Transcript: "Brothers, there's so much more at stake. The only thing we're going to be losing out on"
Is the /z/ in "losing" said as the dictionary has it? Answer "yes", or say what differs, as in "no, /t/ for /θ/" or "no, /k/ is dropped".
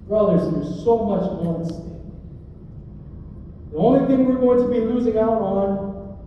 yes